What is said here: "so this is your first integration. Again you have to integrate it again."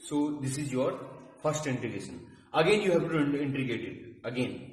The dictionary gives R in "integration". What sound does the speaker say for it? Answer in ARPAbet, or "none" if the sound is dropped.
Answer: none